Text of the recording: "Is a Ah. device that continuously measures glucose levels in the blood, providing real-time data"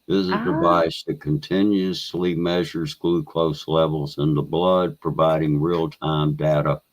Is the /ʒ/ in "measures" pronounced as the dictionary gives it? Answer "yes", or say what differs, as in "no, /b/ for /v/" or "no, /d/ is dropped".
yes